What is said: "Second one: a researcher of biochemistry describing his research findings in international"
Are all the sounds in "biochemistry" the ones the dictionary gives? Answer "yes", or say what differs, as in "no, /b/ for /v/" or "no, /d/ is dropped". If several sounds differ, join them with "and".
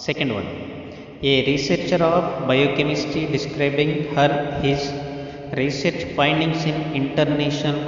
no, /ɹ/ is dropped